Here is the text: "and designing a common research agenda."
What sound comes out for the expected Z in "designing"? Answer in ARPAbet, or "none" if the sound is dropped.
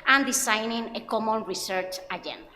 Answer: S